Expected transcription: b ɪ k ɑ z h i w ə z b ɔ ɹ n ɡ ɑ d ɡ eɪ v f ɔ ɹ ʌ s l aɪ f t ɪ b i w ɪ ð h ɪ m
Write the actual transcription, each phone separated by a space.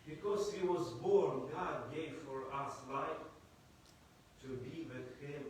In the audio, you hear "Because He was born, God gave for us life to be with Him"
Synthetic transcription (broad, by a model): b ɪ k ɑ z h i w ə z b ɔ ɹ n ɡ ɑ d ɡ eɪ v f ɔ ɹ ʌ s l aɪ f t ɪ b i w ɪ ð h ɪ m